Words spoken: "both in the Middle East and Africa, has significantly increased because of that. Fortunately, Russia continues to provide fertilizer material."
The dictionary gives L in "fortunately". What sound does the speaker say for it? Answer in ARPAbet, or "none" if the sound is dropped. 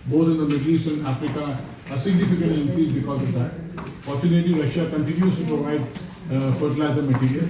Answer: none